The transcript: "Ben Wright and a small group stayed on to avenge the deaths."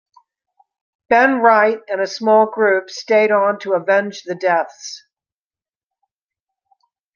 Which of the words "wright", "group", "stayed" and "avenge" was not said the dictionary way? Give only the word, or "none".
none